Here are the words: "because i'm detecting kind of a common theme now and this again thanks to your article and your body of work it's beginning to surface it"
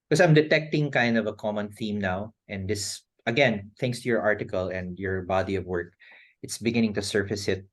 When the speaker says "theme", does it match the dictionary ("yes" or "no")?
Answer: yes